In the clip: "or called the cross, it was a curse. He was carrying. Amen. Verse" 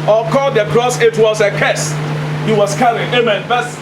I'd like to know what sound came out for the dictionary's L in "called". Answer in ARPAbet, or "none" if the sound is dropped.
none